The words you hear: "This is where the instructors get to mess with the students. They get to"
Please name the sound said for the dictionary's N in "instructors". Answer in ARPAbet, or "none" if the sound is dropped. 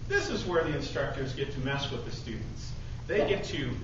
N